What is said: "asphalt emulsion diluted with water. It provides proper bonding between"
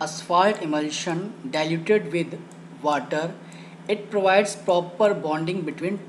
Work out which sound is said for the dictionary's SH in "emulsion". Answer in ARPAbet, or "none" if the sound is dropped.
SH